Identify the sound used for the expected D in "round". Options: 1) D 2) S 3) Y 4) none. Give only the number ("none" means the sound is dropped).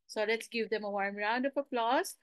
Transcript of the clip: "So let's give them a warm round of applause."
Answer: 1